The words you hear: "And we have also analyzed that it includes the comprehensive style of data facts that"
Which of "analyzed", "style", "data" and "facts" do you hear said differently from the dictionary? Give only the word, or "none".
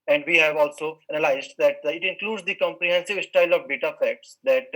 analyzed